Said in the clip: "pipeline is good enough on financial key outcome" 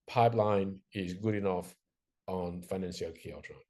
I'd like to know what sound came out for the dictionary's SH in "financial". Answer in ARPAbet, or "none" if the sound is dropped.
S